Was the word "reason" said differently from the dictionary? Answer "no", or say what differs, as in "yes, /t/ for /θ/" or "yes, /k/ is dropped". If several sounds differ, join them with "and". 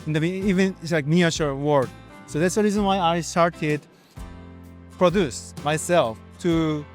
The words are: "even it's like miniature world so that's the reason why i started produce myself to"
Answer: no